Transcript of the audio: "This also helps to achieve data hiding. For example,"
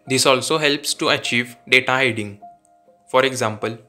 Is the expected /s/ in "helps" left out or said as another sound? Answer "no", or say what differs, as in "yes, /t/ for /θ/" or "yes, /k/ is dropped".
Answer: no